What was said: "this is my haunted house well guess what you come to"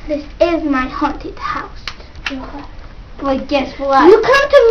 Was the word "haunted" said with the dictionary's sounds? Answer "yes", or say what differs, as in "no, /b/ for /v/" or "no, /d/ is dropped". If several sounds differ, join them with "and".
yes